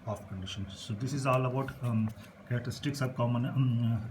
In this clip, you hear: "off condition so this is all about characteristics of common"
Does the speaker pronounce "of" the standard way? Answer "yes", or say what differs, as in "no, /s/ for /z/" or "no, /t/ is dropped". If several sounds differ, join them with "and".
no, /b/ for /v/